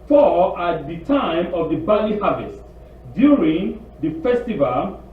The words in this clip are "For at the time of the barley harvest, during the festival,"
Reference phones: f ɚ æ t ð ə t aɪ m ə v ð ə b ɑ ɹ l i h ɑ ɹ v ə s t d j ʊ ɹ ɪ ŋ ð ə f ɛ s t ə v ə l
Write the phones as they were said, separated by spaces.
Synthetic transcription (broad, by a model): f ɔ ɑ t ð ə t aɪ m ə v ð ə b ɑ l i h ɑ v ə s t d j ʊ ɹ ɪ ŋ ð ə f ɛ s t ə v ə l